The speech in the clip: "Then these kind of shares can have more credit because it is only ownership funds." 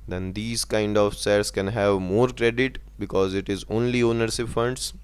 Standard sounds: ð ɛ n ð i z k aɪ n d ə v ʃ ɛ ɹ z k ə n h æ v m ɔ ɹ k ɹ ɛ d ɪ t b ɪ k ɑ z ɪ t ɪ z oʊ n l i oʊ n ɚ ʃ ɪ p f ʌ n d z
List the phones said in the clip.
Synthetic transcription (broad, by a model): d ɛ n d i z k aɪ n d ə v s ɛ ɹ s k ə n h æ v m ɔ ɹ k ɹ ɛ d ɪ t b ɪ k ɑ z ɪ t ɪ z oʊ n l i oʊ n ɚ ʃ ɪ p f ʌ n d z